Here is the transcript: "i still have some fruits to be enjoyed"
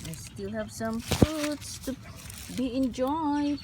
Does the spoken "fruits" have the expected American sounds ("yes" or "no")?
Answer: no